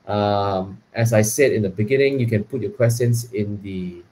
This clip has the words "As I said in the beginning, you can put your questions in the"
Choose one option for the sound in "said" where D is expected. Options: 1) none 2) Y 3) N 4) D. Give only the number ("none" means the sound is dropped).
4